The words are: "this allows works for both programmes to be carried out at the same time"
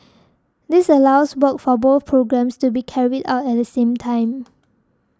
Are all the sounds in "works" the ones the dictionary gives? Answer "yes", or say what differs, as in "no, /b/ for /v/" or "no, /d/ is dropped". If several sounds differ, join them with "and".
no, /s/ is dropped